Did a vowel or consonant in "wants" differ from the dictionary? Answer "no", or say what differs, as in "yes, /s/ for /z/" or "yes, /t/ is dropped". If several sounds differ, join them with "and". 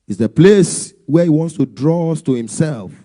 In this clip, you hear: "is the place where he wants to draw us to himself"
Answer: no